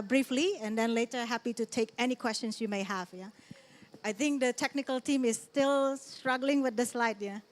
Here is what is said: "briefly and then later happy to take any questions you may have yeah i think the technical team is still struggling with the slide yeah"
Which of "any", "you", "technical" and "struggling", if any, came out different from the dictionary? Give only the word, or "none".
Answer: none